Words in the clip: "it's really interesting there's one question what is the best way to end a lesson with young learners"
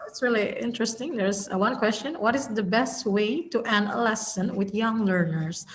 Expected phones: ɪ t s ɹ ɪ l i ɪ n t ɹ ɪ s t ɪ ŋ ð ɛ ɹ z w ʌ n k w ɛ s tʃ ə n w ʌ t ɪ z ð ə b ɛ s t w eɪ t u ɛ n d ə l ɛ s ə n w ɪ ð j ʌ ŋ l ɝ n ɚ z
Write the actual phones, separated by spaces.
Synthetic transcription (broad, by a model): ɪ t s ɹ ɪ l i ɪ n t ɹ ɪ s t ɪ ŋ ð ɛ ɹ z w ʌ n k w ɛ s tʃ ə n w ʌ t ɪ z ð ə b ɛ s t w eɪ t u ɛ n ə l ɛ s ə n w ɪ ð j ʌ ŋ l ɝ n ɚ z